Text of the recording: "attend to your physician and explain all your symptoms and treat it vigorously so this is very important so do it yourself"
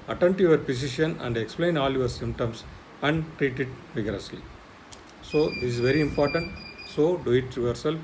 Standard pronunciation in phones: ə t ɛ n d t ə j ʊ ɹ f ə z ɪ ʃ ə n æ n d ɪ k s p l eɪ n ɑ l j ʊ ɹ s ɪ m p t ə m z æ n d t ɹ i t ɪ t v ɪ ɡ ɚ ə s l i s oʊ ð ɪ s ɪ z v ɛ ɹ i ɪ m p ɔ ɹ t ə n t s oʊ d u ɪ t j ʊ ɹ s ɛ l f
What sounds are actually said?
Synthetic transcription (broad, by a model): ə t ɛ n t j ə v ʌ ɹ p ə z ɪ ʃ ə n æ n d ɪ k s p l eɪ n ɑ l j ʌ ɹ s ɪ m p t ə m s æ n d t ɹ i t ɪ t v ɪ ɡ ɚ ə s l i s oʊ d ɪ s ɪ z v ɛ ɹ i ɪ m p ɔ ɹ t ə n t s oʊ d u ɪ t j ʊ ɹ s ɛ l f